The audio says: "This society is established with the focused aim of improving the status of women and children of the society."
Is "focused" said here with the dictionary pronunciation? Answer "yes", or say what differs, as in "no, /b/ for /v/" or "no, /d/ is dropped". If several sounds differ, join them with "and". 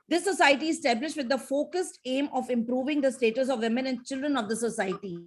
yes